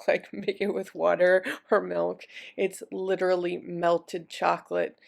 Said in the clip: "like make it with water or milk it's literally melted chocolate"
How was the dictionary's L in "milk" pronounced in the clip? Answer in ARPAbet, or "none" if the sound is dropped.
L